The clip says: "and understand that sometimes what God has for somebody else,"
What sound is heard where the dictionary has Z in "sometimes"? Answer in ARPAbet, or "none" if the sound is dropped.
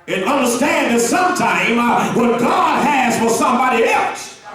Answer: none